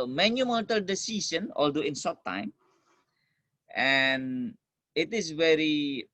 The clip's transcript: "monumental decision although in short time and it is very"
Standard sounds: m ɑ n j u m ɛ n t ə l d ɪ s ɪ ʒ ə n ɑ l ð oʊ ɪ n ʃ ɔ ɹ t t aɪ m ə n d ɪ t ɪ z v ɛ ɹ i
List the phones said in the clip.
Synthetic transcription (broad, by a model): m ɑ n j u m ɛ n t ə l d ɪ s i s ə n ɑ l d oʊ ɪ n s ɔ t t aɪ m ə n ɪ t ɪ s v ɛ ɹ i